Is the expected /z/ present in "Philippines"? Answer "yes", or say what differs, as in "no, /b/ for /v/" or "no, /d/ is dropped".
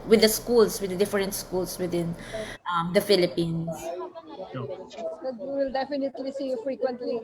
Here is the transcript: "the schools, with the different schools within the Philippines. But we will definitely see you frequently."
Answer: no, /s/ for /z/